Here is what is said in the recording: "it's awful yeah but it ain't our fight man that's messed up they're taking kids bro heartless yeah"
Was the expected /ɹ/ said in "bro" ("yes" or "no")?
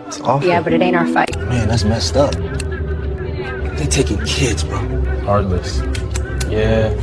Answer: no